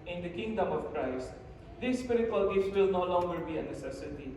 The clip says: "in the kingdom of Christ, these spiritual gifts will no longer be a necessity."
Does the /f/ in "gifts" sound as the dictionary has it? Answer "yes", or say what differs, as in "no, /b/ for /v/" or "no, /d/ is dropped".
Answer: no, /f/ is dropped